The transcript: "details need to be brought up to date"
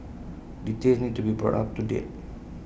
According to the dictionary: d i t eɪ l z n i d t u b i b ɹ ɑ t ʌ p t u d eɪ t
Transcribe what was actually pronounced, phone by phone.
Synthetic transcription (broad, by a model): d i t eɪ z n i d t u b i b ɹ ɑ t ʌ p t u d eɪ t